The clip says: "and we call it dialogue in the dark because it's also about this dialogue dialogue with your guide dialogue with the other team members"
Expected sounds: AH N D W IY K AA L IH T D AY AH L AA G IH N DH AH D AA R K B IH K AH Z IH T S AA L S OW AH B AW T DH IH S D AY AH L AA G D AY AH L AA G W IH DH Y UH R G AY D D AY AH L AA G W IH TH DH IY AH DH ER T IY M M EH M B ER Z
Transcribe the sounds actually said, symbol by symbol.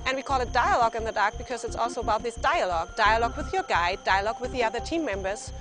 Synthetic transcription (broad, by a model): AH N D W IY K AA L IH T D AY AH L AA G IH N DH AH D AA R K B IH K AH Z IH T S AA L S OW AH B AW T DH IH S D AY AH L AA G D AY AH L AA G W IH DH Y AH R G AY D D AY AH L AA G W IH DH IY AH DH ER T IY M M EH M B ER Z